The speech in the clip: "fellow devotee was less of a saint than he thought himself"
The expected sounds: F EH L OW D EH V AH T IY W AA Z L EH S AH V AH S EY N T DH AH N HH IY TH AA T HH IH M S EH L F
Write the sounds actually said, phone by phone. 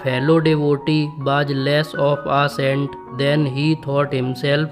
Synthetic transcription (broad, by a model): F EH L OW D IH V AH T IY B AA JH L EH S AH P AH S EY N T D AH N HH IY T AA T HH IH M S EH L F